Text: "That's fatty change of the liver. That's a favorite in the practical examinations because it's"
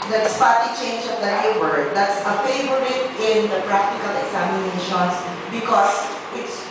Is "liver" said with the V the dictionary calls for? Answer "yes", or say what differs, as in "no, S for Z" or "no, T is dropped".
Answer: no, W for V